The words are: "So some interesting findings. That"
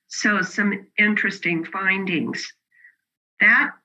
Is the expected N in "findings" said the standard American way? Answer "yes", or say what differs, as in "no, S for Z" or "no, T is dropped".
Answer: yes